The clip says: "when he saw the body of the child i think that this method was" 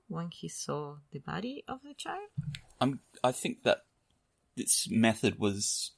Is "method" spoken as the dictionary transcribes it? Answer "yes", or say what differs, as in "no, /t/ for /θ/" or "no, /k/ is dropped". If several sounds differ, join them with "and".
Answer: yes